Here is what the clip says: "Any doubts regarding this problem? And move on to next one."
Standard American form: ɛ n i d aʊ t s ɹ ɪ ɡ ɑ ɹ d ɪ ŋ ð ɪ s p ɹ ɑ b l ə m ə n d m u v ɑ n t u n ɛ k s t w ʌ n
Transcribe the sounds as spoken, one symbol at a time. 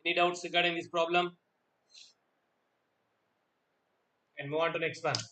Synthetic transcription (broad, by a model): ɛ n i d aʊ t s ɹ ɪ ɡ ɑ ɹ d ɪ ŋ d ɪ s p ɹ ɑ b l ə m ə n d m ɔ ɑ n t u n ɛ k s t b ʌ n